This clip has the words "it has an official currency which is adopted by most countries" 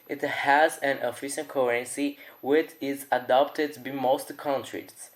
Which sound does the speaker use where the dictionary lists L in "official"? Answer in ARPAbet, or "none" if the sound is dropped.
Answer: N